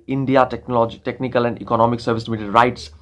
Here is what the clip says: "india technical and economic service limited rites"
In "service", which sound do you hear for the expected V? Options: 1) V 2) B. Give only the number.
1